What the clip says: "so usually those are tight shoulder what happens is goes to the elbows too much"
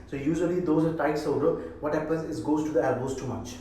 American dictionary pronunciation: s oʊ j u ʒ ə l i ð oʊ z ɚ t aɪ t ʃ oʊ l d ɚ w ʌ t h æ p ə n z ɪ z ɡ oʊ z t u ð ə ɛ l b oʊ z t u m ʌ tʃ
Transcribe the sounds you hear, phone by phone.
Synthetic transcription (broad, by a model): s oʊ j u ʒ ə l i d oʊ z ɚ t aɪ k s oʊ d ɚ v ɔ t h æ p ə n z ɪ s ɡ oʊ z t u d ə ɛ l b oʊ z t u m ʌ tʃ